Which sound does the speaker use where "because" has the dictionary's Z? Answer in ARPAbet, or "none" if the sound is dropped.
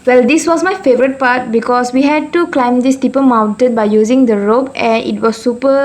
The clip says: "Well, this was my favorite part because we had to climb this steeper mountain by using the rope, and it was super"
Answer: S